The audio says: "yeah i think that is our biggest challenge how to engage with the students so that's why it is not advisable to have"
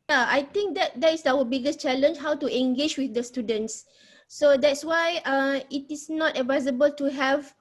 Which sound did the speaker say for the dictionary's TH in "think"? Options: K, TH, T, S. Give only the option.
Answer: T